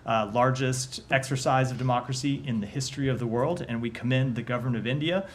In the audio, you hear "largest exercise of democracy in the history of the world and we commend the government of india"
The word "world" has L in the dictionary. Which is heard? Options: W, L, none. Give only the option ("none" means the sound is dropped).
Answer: L